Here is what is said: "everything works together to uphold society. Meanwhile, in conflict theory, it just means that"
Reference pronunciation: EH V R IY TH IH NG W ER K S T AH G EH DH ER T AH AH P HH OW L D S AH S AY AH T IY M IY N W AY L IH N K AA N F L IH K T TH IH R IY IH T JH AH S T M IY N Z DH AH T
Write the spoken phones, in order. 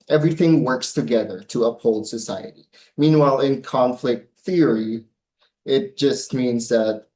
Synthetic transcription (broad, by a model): EH V R IY TH IH NG W ER K S T AH G EH DH ER T AH AH P HH OW L D S AH S AY AH T IY M IY N W AY L IH N K AA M F L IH K T TH IH R IY IH T JH AH S T M IY N Z DH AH T